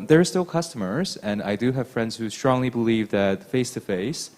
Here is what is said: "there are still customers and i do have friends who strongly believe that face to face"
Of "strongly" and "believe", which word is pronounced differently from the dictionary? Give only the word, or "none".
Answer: none